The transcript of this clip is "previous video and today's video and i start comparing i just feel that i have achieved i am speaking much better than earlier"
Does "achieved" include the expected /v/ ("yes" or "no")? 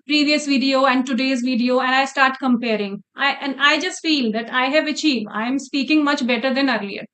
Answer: yes